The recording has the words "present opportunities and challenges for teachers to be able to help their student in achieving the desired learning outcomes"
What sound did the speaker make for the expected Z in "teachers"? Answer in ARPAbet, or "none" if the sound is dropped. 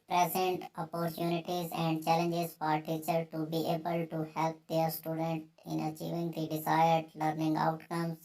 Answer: none